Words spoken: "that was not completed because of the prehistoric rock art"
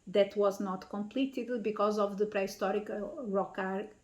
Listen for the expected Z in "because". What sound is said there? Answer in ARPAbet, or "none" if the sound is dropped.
Z